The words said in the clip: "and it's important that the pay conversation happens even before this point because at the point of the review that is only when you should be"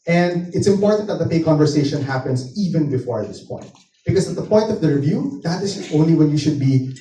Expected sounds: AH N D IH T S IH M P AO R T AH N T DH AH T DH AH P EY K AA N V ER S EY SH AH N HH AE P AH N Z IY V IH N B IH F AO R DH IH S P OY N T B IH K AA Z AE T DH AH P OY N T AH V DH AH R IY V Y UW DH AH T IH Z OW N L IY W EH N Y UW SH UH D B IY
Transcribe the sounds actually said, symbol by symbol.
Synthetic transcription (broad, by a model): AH N D IH T S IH M P AO R T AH N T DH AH T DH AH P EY K AA N V ER S EY SH AH N HH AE P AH N S IY V IH N B IH F AO R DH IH S P OY N T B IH K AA S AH T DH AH P OY N T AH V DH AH R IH V Y UW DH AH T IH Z OW N L IY W EH N Y UW SH UH D B IY